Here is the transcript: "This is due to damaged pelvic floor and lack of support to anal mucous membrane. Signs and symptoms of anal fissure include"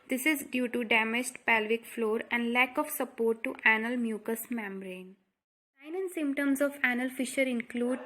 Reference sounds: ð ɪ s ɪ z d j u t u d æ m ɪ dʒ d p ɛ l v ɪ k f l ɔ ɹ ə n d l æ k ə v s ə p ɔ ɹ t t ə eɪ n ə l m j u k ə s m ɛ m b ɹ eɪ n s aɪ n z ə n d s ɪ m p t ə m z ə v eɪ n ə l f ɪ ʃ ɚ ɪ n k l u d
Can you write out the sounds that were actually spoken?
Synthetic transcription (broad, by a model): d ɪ s ɪ z d j u t u d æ m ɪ dʒ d p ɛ l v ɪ k f l ɔ ɹ ə n d l æ k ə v s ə p ɔ ɹ t t ə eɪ n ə l m j u k ə s m ɛ m b ɹ eɪ n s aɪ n ə n s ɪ m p t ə m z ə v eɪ n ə l f ɪ ʃ ɚ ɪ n k l u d